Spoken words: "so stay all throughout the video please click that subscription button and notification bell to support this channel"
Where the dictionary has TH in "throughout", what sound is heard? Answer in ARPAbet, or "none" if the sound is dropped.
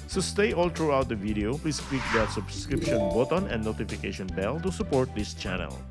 T